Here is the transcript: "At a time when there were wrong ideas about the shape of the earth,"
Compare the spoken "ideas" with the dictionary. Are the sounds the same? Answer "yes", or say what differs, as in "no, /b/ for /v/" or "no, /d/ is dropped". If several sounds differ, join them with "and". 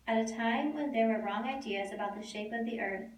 yes